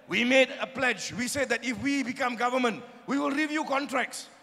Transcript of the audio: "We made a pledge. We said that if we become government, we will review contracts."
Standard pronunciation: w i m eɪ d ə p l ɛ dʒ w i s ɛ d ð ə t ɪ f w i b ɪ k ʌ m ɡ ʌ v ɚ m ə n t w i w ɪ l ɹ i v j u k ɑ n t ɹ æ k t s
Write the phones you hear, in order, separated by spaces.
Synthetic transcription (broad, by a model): w i m eɪ d ə p l ɛ dʒ w i s ɛ d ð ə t ɪ f w i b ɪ k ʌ m ɡ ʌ v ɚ m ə n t w i w ɪ l ɹ i v j u k ɑ n t ɹ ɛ k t s